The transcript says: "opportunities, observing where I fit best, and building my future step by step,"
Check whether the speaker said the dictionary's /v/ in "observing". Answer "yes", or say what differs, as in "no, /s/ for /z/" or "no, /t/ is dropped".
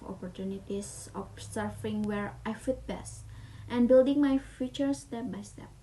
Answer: no, /v/ is dropped